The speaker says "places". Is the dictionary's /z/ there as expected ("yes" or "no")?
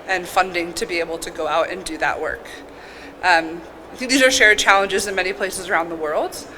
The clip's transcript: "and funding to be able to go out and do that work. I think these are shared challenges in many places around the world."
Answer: yes